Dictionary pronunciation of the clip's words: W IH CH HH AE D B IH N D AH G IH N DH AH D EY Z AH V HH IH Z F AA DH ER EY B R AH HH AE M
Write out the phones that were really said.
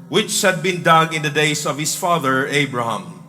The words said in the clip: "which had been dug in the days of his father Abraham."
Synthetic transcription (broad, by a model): W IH CH HH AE D B IH N D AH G IH N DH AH D EY S AH V HH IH S F AA DH ER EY B R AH HH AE M